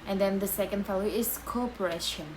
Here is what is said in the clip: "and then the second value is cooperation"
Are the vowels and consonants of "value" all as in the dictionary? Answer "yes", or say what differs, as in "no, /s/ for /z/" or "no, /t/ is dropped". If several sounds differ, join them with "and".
no, /f/ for /v/